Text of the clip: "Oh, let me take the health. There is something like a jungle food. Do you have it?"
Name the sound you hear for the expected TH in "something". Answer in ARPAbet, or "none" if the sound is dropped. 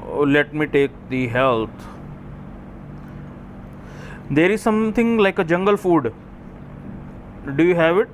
T